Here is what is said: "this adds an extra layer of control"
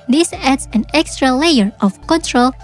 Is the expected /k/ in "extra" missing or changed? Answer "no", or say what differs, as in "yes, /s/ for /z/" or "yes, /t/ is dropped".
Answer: no